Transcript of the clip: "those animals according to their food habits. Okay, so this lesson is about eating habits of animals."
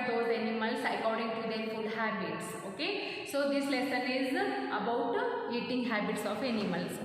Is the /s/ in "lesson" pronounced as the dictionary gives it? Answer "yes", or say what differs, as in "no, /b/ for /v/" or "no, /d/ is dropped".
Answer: yes